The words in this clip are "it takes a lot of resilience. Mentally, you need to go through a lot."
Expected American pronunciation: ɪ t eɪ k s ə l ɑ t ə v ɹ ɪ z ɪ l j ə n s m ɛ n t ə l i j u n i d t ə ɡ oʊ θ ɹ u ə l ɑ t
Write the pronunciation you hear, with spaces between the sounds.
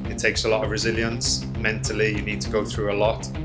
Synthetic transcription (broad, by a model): ɪ t eɪ k s ə l ɑ t ə v ɹ ɪ z ɪ l j ə n s m ɛ n t ə l i j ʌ n i d t ə ɡ oʊ θ ɹ u ə l ɑ t